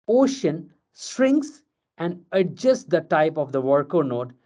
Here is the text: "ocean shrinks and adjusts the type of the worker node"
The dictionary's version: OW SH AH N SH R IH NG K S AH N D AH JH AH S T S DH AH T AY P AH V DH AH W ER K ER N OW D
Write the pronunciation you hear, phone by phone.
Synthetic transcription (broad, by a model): OW SH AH N S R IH NG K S AH N D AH JH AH S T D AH T AY P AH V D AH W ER K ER N OW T